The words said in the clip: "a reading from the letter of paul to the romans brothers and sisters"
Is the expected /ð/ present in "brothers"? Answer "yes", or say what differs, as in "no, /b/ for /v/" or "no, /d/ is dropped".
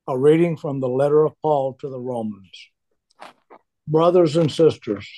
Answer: yes